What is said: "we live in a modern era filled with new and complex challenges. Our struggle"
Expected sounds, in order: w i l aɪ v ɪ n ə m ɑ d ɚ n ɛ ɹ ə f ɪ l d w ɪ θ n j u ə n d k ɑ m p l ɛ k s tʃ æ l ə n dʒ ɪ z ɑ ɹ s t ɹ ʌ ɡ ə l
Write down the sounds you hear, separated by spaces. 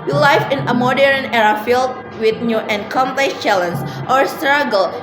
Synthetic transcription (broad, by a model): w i l aɪ f ɪ n ə m ɑ d ɚ n ɛ ɹ ə f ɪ l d w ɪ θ n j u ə n k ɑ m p l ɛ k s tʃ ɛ l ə n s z ɑ ɹ s t ɹ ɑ ɡ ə l